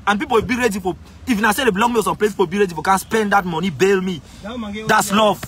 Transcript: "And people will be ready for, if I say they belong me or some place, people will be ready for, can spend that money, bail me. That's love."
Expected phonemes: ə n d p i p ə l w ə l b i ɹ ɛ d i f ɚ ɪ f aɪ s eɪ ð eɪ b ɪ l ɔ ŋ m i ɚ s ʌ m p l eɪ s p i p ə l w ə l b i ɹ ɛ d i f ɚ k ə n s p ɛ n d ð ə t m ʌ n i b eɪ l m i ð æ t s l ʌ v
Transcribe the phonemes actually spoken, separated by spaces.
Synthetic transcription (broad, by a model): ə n p i p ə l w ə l b i ɹ ɛ d i f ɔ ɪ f aɪ s eɪ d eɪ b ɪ l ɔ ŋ m i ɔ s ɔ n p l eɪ p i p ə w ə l b i ɹ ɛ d i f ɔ k ə n s p ɛ n d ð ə t m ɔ n i b eɪ l m i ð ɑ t s l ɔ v